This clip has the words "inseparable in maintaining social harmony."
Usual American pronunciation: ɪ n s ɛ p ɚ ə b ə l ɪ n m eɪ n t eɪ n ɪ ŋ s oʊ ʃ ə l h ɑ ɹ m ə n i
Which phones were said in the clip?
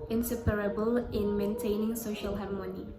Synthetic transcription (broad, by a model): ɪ n s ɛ p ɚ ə b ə l ɪ n m eɪ n t eɪ n ɪ ŋ s oʊ ʃ ə l h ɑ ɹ m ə n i